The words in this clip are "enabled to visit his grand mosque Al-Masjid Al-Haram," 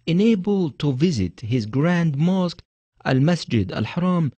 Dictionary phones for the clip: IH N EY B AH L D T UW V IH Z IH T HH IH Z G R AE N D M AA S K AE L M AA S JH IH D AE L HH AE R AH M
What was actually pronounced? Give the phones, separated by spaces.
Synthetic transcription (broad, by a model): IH N EY B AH L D T UW V IH Z IH T HH IH Z G R AE N D M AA S K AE L M AA S JH IH D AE L HH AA R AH M